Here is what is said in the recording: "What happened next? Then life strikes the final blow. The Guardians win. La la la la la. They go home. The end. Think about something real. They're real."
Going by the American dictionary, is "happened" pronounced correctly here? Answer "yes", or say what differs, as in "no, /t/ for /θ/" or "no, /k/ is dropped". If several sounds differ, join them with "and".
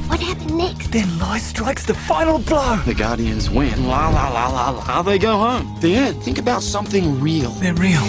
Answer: no, /p/ is dropped